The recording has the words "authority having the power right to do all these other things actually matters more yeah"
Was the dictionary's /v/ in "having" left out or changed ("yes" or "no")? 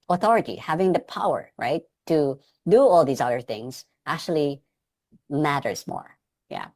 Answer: no